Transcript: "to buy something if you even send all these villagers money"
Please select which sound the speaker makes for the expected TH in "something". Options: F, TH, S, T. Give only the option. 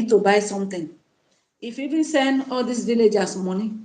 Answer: T